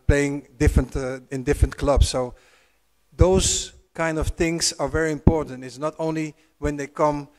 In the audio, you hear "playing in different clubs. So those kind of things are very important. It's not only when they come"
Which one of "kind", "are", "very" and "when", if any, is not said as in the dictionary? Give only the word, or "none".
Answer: none